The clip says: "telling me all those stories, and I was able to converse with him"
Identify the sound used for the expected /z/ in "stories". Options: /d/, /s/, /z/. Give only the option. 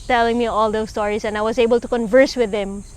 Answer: /s/